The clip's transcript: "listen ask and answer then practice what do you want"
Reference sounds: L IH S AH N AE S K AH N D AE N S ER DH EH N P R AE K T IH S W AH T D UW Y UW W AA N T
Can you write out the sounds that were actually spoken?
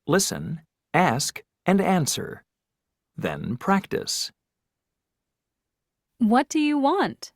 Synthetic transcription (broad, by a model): L IH S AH N AE S K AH N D AE N S ER DH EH N P R AE K T IH S W AH T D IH Y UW W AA N T